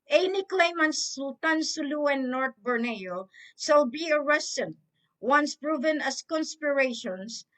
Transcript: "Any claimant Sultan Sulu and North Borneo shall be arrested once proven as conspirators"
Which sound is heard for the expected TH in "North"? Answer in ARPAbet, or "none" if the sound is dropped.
T